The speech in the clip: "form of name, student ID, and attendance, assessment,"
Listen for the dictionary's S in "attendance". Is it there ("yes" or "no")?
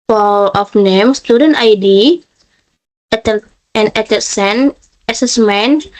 no